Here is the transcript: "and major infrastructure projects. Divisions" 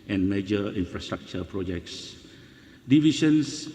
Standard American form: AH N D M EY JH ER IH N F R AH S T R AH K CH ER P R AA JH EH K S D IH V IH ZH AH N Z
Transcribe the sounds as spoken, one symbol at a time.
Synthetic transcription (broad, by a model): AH N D M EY JH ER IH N F R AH S T R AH K CH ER P R AA JH EH K S D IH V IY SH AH N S